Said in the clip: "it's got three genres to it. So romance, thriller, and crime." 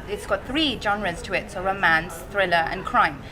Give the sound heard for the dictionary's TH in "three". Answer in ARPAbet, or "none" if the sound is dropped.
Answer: TH